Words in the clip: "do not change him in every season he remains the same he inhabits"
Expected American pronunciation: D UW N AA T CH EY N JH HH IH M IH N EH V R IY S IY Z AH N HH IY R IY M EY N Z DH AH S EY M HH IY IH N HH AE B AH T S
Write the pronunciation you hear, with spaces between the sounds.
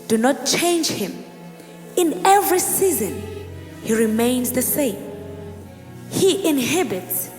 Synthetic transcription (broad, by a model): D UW N AA T CH EY N JH HH IH M IH N EH V R IY S IY Z AH N HH IY R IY M EY N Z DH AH S EY M HH IY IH N HH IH B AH T S